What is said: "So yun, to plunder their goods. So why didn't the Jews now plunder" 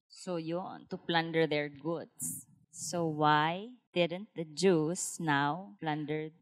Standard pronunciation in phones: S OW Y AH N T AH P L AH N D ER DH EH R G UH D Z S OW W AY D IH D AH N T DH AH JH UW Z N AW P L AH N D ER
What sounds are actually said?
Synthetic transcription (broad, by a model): S OW Y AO N T AH P L AH N D ER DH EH R G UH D S OW W AY D IH D AH N T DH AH JH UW S N AW P L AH N D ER